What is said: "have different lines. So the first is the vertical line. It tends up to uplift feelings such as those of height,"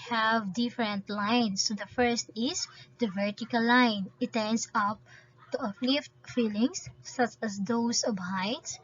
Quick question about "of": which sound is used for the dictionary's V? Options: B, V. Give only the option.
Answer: B